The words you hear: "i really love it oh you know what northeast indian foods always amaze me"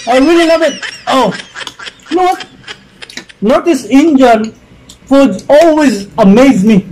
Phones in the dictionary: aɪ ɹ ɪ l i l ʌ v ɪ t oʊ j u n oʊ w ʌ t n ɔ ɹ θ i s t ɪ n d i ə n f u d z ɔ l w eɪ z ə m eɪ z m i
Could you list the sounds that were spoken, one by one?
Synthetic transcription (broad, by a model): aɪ w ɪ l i n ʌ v ɪ t oʊ n oʊ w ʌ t n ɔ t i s ɪ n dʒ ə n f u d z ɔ l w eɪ z ə m eɪ z m i